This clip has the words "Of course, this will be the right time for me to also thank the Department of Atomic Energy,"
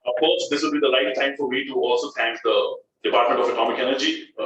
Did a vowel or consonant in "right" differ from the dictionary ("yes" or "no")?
yes